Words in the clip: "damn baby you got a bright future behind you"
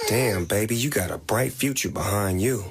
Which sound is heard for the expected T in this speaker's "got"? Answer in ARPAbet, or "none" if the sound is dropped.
T